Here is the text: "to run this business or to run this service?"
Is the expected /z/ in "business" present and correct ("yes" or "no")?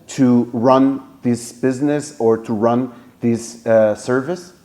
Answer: yes